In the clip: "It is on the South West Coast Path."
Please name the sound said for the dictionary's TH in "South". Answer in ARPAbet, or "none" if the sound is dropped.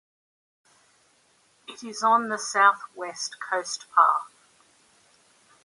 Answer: TH